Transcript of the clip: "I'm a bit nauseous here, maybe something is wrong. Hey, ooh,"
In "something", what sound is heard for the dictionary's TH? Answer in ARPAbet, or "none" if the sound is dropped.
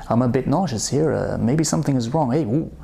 TH